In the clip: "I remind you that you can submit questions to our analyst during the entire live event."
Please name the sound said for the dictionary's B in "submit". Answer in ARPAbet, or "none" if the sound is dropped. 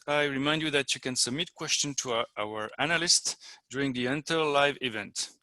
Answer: B